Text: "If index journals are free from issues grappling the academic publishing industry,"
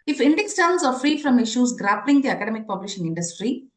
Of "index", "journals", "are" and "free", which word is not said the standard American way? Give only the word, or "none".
journals